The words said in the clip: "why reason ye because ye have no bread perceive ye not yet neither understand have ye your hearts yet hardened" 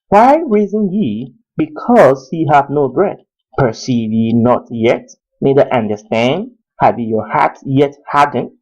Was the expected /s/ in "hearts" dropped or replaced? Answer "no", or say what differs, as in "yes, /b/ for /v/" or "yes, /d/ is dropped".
yes, /s/ is dropped